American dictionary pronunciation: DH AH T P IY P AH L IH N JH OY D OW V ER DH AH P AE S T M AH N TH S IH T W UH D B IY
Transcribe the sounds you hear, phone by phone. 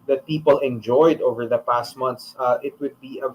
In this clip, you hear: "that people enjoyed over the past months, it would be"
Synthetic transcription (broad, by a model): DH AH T P IY P AH L IH N JH OY D OW V ER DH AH P AE S T M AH N T S IH T W UH D B IY